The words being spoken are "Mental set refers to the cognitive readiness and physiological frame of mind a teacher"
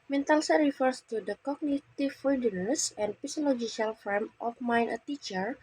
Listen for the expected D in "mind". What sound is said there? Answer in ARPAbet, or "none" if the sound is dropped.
none